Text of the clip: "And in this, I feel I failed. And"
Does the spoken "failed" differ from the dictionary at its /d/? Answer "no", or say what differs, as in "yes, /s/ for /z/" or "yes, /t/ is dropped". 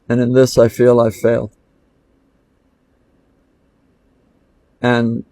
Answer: yes, /d/ is dropped